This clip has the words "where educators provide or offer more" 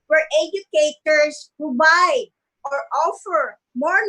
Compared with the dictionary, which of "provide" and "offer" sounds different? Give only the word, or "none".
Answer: provide